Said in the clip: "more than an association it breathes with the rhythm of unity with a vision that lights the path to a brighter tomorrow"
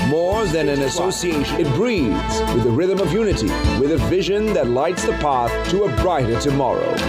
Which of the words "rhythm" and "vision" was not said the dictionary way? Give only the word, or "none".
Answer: none